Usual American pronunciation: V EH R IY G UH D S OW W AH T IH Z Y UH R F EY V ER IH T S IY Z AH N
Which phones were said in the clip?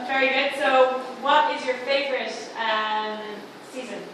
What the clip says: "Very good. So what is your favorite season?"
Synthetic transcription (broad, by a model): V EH R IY G UH D S OW W AH T IH Z Y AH R F EY V ER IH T S IY Z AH N